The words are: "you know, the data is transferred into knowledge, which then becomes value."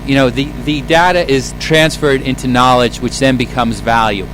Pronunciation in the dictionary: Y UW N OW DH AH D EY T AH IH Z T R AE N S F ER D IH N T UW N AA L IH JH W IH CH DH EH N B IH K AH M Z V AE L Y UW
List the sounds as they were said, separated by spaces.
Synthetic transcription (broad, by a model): Y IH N OW DH AH D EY T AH IH Z T R AE N S F ER D IH N T UW N AA L IH JH W IH CH DH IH N B IH K AH M Z V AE L Y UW